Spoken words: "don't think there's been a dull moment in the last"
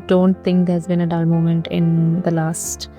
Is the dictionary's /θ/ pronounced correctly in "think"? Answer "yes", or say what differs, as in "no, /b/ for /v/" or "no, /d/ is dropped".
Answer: no, /t/ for /θ/